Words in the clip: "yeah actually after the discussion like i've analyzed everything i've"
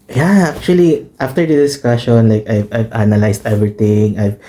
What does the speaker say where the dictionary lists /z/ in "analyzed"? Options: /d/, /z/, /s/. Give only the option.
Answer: /s/